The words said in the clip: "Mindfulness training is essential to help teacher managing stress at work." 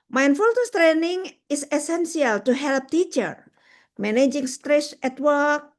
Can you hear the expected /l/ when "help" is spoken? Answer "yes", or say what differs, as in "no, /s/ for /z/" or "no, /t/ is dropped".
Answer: yes